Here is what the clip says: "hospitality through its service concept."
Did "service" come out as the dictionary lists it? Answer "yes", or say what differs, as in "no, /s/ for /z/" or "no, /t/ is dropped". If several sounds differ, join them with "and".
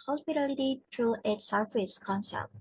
no, /f/ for /v/